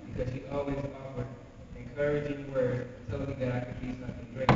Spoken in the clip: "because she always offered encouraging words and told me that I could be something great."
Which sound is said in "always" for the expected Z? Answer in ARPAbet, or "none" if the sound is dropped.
Z